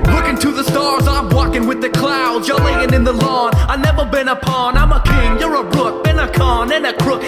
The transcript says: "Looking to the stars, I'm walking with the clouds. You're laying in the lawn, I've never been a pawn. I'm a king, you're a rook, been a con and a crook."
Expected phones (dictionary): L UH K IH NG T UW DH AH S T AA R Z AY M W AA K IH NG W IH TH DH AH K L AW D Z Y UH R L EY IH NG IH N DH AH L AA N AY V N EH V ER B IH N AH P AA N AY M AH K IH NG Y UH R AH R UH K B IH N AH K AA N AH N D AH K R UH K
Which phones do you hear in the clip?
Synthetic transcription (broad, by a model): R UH K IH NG T UW DH AH S T AA R Z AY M W AA K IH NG W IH DH AH K L AW D Z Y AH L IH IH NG IH N DH AH L AA N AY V N EH V ER B IH N AH P AA N AY M AH K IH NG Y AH R AH R UH K B IH N AH K AA N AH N AH K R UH K